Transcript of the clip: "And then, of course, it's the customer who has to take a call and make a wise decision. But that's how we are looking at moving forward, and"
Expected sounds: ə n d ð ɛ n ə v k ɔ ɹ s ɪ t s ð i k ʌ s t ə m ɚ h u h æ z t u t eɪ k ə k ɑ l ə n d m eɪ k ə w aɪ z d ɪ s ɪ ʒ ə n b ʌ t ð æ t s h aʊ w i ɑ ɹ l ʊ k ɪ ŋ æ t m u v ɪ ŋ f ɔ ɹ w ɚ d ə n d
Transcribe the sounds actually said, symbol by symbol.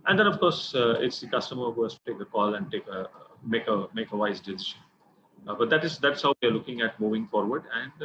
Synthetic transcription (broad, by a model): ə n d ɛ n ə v k ɔ ɹ s ɪ t s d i k ʌ s t ə m ɚ h u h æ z t u t eɪ k ə k ɑ l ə n d m eɪ k ə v aɪ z d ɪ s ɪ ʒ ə n b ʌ t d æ t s h aʊ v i ɑ ɹ l ʊ k ɪ ŋ æ t m u v ɪ ŋ f ɔ ɹ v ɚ d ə n d